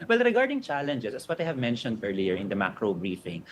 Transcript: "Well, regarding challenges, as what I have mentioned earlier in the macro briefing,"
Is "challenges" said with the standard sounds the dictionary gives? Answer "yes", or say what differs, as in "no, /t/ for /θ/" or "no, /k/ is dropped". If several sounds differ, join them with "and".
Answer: no, /s/ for /z/